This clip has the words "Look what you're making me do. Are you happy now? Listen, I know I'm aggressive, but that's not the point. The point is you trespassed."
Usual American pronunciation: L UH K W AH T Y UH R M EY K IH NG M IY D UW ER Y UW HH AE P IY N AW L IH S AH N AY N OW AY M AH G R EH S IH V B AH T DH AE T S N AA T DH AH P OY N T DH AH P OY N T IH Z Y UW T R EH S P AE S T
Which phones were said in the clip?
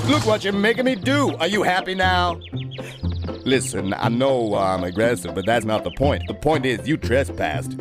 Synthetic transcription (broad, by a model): L UH K W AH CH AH R M EY K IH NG M IY D UW ER Y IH HH AE P IY N AW L IH S AH N AY N OW AY M AH G R EH S IH V B AH T DH AE T S N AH T DH AH P OY N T DH AH P OY N T IH Z Y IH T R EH S P AE S T